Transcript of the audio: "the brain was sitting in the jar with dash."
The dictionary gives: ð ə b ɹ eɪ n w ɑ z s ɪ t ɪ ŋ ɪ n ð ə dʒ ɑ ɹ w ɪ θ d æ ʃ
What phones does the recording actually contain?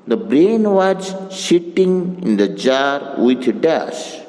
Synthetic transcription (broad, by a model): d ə b ɹ eɪ n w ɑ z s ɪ t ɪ ŋ ɪ n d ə dʒ ɑ ɹ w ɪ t d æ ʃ